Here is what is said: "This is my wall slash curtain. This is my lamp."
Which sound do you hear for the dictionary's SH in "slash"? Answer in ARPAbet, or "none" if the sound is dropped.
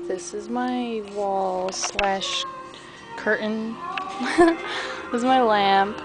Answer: SH